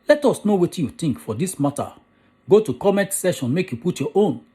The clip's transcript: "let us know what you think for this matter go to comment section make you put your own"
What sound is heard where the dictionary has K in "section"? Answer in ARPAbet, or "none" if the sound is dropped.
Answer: none